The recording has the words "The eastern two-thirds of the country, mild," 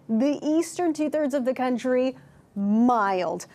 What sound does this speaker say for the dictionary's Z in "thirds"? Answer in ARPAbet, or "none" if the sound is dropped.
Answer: Z